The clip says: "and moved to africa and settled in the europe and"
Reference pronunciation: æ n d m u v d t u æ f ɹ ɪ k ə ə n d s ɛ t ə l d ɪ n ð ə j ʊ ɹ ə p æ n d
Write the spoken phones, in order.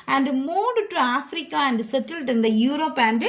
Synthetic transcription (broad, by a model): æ n d m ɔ d t u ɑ f ɹ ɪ k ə ə n d s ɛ t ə l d ɪ n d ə j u ɹ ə p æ n d